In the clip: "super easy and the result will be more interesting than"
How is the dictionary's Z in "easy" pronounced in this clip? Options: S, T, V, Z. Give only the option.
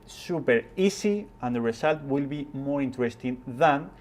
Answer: S